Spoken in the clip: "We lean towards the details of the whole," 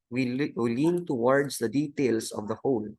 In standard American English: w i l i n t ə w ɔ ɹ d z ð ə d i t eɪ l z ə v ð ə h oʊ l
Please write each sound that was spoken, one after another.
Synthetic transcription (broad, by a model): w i l i n t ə w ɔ ɹ d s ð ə d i t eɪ l s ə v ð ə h oʊ l